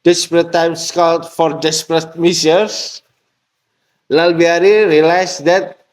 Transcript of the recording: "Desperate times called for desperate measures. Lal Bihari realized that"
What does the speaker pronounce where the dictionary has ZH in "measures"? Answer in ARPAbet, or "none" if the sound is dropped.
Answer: S